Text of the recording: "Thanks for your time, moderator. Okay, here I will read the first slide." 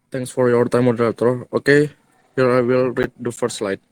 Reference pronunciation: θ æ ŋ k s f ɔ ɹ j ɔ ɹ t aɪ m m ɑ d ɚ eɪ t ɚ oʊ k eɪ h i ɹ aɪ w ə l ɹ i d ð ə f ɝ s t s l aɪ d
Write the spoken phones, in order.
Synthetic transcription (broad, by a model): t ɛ ŋ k s f ɔ ɹ j ɔ ɹ t aɪ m m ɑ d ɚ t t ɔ oʊ k eɪ h i ɹ aɪ w ə l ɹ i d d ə f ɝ t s l aɪ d